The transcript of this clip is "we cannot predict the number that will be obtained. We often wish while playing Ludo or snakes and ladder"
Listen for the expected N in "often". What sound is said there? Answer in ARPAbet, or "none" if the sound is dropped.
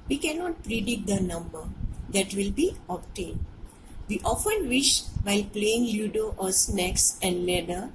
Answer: N